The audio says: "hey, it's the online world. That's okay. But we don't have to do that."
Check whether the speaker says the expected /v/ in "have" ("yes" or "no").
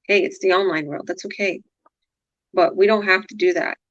no